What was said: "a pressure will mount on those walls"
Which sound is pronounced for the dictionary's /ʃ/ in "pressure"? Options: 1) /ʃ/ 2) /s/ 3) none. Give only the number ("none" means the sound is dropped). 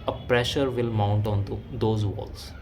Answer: 1